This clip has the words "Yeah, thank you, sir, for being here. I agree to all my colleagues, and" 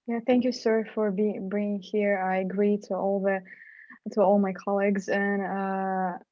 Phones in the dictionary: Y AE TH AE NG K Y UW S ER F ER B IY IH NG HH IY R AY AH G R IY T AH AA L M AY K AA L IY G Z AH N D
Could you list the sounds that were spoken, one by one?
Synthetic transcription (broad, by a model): Y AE TH AE NG K Y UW S ER F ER B IY IH NG HH IY R AY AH G R IY T AH AA L M AY K AA L IY G Z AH N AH